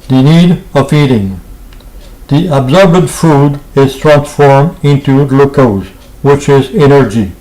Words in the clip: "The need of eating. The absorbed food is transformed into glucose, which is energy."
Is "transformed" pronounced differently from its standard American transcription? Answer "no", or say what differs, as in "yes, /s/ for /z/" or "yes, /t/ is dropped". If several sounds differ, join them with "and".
no